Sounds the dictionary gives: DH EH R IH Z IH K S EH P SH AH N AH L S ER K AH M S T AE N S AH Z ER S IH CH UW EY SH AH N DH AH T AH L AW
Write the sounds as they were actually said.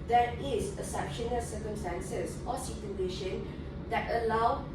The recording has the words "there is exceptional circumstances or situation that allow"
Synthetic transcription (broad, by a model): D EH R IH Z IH S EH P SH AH N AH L S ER K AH M S T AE N S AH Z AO S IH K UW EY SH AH N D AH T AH L AW